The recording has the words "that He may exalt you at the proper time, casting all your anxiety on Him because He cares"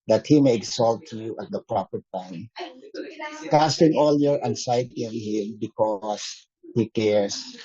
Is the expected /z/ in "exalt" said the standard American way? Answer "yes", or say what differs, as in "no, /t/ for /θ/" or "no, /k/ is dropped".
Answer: no, /s/ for /z/